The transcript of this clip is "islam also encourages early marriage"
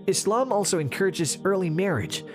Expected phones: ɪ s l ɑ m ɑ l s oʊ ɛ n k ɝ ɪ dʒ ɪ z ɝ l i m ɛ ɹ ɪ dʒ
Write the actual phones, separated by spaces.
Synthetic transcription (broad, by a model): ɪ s l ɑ m ɑ l s oʊ ɛ n k ɝ ɪ dʒ ɪ z ɝ l i m ɛ ɹ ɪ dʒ